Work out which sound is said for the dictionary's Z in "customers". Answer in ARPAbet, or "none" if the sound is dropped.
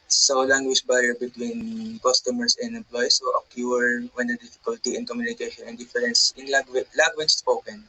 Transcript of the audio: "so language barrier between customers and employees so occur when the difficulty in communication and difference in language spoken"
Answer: S